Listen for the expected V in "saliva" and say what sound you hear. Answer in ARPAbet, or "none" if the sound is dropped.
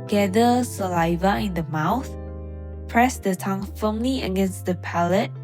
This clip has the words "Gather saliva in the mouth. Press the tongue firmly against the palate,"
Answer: V